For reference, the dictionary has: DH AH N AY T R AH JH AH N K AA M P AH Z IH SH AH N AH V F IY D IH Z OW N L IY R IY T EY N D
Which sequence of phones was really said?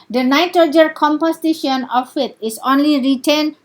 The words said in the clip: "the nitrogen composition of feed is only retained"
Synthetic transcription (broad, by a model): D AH N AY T AH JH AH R K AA M P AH S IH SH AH N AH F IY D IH S OW N L IY R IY T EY N